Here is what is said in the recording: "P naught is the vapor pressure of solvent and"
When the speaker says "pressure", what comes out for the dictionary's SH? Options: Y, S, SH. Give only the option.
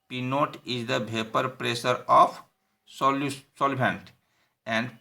S